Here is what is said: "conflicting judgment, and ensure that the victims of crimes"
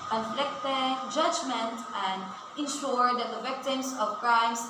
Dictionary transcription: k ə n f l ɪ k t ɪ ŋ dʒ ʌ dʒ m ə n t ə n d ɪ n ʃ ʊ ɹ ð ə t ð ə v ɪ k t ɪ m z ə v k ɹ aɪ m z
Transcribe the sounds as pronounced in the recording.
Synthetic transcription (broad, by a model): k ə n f l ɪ k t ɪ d dʒ ʌ dʒ m ə n t ə n d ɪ n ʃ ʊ ɹ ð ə t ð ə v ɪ k t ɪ m s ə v k ɹ aɪ m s